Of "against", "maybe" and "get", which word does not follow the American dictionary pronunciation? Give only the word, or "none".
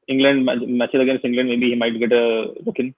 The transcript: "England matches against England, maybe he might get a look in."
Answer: against